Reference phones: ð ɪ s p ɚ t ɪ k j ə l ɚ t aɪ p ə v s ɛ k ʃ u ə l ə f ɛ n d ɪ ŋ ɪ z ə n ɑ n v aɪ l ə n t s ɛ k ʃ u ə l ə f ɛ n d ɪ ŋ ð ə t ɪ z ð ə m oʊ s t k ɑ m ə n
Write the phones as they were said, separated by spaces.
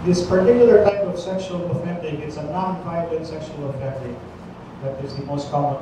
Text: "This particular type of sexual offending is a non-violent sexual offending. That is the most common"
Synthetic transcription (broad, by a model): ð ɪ s p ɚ t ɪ k j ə l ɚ t aɪ p ə v s ɛ k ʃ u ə l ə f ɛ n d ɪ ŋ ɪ s ə n ɑ n p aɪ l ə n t s ɛ k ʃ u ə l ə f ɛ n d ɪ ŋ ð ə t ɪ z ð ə m oʊ s t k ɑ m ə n